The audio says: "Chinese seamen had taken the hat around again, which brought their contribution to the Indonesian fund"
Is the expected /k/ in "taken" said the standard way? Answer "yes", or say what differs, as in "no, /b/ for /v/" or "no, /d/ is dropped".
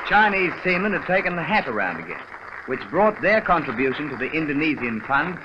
yes